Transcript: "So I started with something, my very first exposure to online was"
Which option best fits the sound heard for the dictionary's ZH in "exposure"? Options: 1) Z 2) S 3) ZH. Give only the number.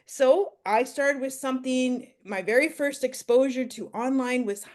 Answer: 3